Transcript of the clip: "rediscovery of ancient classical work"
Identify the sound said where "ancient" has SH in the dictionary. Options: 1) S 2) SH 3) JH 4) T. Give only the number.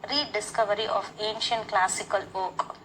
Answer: 2